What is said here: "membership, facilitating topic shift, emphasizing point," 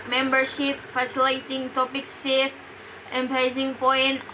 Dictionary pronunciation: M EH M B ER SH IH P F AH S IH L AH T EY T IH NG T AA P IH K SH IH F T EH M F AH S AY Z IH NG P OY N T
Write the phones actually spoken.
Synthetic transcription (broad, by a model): M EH M B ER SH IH P F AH S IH L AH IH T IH NG T AA P IH K S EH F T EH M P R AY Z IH NG P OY N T